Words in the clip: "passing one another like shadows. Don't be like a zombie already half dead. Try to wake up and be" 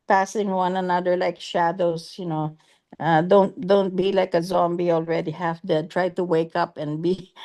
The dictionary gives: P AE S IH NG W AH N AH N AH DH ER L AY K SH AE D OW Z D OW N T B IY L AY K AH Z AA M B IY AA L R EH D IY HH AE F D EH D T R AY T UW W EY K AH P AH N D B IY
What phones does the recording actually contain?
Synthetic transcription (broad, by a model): P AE S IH NG W AH N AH N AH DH ER L AY K SH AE D OW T D OW N T B IY L AY K AH Z AA M B IY AA L R EH D IY HH AE F D EH D T R AY T UW W EY K AH P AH N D B IY